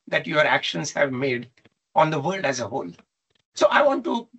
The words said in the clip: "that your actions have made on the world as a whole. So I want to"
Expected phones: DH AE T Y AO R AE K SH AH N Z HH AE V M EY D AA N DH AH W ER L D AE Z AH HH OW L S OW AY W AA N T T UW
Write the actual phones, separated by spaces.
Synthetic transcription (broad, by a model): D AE T Y AO R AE K SH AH N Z HH AE V M EY D AA N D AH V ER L D AE Z AH HH OW L S OW AY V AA N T T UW